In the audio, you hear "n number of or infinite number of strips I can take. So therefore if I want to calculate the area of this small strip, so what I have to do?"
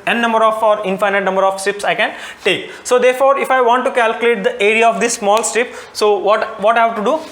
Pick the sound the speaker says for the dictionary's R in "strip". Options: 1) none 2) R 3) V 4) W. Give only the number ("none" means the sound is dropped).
1